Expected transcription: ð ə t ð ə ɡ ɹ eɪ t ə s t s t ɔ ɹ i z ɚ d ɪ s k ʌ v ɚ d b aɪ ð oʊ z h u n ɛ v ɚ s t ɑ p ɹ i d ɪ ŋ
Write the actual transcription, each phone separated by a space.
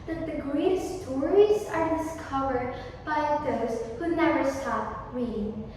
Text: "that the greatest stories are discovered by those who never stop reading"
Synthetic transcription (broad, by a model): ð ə t ð ə ɡ ɹ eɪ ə t s t ɔ ɹ i z ɚ d ɪ s k ʌ v ɚ d b aɪ ð oʊ z h u n ɛ v ɚ s t ɑ p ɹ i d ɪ ŋ